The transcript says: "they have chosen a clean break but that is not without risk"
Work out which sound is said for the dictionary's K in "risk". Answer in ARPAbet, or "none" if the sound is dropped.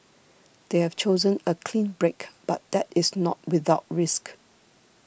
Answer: K